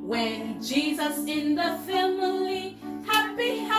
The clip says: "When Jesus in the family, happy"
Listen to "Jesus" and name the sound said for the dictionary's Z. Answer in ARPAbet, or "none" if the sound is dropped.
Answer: Z